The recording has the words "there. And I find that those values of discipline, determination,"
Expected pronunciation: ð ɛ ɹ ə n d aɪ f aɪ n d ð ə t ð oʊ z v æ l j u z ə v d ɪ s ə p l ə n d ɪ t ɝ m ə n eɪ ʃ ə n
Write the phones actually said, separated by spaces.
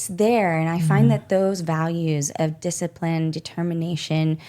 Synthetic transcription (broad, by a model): ð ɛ ɹ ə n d aɪ f aɪ n ð ə t ð oʊ z v æ l j u z ə v d ɪ s ə p l ə n d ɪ t ɝ m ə n eɪ ʃ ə n